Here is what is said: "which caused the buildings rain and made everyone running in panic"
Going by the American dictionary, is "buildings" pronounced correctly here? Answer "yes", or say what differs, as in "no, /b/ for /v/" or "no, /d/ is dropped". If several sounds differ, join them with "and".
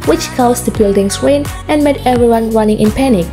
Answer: no, /s/ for /z/